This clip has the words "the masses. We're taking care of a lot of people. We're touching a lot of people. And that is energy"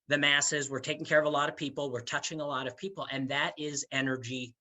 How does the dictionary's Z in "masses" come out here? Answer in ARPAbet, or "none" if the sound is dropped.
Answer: Z